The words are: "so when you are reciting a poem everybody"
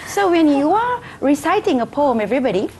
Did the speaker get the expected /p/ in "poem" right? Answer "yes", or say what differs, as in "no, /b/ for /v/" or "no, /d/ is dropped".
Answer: yes